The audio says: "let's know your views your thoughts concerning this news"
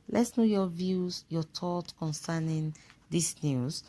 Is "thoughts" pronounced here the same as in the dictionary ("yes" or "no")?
no